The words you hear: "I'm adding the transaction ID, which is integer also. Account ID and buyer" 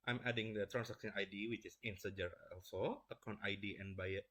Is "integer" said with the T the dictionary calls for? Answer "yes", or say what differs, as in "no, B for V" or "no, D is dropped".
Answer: no, S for T